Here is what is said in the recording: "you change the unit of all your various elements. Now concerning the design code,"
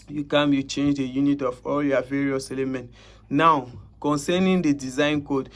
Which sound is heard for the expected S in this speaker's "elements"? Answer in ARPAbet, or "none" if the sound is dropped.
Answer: none